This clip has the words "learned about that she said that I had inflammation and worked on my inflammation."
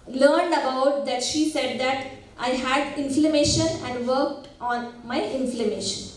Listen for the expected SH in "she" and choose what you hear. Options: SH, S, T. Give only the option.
SH